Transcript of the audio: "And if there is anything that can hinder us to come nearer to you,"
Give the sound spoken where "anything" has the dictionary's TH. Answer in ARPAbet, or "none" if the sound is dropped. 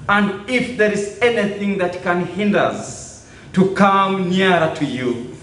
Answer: TH